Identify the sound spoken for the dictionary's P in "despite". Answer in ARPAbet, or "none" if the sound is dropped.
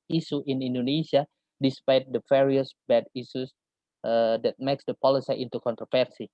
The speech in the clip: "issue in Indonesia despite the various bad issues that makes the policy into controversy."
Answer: P